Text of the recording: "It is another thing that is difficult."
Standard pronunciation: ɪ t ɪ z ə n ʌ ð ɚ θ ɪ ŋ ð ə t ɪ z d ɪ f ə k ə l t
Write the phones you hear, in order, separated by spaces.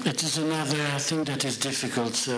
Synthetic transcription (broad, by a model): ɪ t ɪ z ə n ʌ ð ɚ θ ɪ ŋ ð ə t ɪ z d ɪ f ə k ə l t